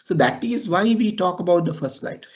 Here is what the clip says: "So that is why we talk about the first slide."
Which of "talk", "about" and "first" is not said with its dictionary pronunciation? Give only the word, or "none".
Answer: none